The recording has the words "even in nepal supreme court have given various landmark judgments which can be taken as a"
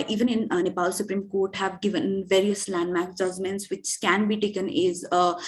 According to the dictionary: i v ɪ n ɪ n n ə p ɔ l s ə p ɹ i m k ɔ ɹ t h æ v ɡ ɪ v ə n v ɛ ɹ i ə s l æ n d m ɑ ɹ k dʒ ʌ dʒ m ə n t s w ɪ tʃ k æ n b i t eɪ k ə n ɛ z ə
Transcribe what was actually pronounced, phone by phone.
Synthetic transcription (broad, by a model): i v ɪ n ɪ n n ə p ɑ l s ə p ɹ i m k ɔ ɹ t h æ v ɡ ɪ v ə n v ɛ ɹ i ə s l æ n d m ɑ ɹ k dʒ ʌ dʒ m ə n t s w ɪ tʃ k æ n b i t eɪ k ə n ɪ z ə